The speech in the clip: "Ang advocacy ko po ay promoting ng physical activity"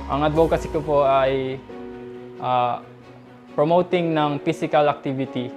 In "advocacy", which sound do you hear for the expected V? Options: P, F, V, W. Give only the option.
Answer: W